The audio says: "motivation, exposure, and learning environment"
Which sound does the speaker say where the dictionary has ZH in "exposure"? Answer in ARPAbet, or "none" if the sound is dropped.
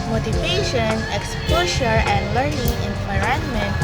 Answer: SH